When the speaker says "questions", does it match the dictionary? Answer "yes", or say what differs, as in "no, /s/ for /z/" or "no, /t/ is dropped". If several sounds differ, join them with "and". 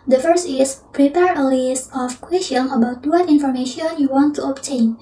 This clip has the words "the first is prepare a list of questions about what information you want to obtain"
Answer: no, /z/ is dropped